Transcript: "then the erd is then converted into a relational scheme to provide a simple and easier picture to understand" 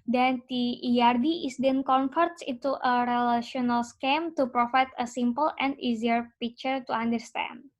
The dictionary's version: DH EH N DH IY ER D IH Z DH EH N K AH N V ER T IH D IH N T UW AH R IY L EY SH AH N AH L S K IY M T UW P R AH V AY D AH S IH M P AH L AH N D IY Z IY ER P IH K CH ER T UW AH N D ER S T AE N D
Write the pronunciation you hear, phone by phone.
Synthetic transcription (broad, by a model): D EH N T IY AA D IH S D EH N K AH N F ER T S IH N T UW AH R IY L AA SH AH N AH L S K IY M T UW P R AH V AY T AH S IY M P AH L AH N D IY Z IY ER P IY K CH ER T UW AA N D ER S T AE N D